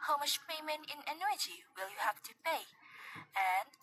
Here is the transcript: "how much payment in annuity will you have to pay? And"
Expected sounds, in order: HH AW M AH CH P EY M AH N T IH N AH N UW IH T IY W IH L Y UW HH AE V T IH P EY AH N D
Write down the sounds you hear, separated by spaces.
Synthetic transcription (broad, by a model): HH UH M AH SH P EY M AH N IH N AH N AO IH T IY W IH L Y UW HH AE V T IH P EY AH N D